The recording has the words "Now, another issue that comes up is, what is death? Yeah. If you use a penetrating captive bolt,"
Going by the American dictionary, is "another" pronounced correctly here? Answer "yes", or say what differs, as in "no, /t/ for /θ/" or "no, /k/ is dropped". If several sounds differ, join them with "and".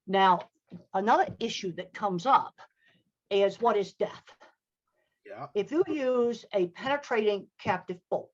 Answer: yes